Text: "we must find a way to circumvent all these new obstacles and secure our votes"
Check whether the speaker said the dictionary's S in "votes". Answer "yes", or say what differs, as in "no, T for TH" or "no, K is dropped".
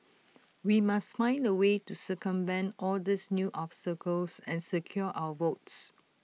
yes